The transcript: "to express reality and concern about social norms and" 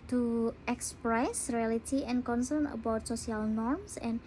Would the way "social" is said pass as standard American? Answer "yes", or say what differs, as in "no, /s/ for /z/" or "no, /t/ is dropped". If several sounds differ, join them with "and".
no, /s/ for /ʃ/